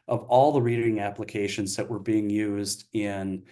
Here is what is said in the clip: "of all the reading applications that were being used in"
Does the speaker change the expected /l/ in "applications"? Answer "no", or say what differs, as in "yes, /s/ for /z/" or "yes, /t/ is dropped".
no